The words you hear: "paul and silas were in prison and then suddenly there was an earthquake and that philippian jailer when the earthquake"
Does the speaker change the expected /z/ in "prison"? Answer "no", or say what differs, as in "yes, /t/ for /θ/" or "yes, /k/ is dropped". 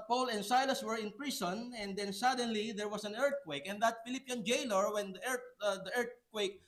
yes, /s/ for /z/